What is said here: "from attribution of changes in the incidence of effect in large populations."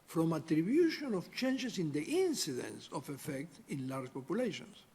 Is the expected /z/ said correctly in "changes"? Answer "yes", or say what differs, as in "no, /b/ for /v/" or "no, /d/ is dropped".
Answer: no, /s/ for /z/